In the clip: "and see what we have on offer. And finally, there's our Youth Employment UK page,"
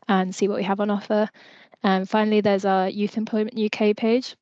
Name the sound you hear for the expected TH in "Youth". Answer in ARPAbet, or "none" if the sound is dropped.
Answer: TH